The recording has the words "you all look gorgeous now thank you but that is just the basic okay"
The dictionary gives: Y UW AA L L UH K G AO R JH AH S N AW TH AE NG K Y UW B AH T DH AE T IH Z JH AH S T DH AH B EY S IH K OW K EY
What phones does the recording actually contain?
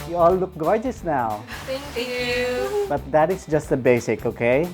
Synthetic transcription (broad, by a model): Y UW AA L L UH K G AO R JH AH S N AW T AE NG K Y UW B AH T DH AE T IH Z JH AH S T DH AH B EY S IH K OW K EY